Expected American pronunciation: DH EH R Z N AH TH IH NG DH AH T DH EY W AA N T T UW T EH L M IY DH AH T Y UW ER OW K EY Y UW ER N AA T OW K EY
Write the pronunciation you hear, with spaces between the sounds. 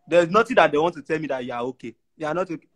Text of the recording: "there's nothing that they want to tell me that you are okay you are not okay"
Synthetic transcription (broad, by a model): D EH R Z N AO T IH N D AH T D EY W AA N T T UW T EH L M IY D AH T Y UW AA OW K EY Y UW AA N AA T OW K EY